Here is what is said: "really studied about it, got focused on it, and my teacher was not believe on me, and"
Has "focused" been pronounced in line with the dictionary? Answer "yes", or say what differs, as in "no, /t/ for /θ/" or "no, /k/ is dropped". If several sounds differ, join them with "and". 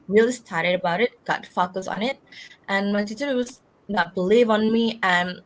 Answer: no, /t/ is dropped